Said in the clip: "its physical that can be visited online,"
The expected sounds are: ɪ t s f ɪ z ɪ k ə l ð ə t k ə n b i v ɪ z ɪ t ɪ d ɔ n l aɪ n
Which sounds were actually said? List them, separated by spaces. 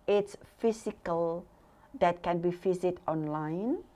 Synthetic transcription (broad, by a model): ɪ t s f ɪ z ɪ k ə l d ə t k ə n b i f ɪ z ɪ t ɔ n l aɪ n